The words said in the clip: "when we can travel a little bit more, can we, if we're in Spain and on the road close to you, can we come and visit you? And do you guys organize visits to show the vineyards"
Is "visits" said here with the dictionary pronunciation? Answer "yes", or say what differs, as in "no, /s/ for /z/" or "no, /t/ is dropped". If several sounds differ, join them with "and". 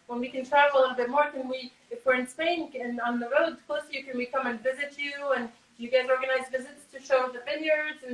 yes